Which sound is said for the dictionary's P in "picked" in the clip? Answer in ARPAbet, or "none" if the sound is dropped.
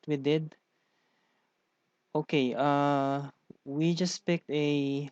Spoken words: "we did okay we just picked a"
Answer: P